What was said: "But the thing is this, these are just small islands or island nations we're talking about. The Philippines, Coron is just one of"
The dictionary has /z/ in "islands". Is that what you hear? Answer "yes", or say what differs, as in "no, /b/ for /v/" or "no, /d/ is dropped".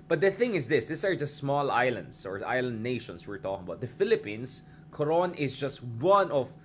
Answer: no, /s/ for /z/